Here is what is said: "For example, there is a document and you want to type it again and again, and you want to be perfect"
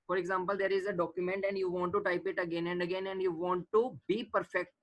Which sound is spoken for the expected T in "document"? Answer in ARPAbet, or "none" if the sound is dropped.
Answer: T